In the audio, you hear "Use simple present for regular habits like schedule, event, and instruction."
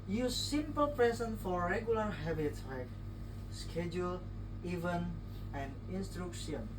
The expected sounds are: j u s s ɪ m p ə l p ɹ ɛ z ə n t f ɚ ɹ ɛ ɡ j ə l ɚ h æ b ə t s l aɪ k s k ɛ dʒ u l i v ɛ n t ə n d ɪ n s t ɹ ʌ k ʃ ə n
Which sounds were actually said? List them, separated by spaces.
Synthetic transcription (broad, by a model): j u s s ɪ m p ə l p ɹ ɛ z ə n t f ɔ ɹ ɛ ɡ j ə l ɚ h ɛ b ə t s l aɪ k s k ɛ dʒ u l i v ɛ n ə n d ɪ n s t ɹ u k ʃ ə n